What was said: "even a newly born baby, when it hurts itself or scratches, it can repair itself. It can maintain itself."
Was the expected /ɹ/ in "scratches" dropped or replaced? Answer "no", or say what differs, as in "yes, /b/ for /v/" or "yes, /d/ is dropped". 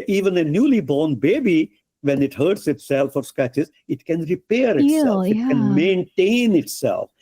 yes, /ɹ/ is dropped